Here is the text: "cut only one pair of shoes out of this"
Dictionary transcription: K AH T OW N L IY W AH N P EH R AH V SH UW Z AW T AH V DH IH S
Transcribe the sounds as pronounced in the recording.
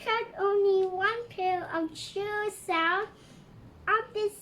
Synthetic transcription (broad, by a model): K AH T OW N L IY W AH N P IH L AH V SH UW S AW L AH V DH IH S